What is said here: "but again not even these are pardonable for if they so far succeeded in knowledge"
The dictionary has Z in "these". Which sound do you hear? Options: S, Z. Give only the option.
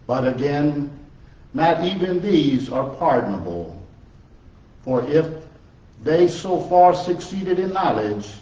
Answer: Z